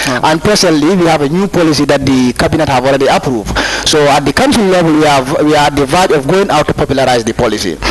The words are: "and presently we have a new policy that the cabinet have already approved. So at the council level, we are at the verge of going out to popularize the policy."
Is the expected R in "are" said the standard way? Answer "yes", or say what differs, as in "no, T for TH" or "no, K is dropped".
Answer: no, W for R